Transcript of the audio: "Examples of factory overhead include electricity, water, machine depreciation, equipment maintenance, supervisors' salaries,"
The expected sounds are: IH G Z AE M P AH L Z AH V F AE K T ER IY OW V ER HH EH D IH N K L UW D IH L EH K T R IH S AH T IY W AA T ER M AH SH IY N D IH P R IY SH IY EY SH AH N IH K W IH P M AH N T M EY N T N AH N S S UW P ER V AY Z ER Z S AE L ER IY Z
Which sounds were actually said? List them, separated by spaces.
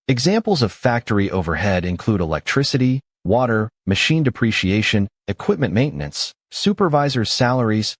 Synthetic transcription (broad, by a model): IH G Z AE M P L Z AH V F AE K T ER IY OW V ER HH EH D IH N K L UW D IH L EH K T R IH S AH T IY W AA T ER M AH SH IY N D IH P R IY SH IY EY SH AH N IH K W IH P M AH N M EY N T N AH N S S UW P ER V AY Z ER Z S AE L ER IY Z